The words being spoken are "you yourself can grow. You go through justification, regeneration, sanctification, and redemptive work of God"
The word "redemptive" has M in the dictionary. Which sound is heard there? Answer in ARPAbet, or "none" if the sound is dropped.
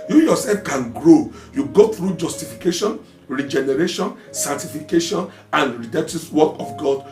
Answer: none